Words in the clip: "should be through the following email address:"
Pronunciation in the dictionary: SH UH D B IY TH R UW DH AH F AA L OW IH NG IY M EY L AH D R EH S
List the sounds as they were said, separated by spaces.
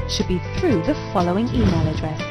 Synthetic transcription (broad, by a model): SH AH D B IY TH R UW DH AH F AA L OW IH NG IY M EY L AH D R EH S